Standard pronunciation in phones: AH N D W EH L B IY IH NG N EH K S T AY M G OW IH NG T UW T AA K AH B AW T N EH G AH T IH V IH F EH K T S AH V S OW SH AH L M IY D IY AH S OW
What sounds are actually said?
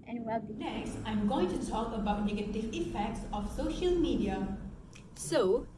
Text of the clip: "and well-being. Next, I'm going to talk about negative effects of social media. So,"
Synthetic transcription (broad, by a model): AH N W EH L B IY N EH K S T AY M G OW IH NG T UW T AA K AH B AW T N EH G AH T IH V IH F EH K T S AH F S OW SH AH L M IY D IY AH S OW